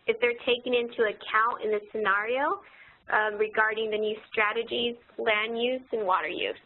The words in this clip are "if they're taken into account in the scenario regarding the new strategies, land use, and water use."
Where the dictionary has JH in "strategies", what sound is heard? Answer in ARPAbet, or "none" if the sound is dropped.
JH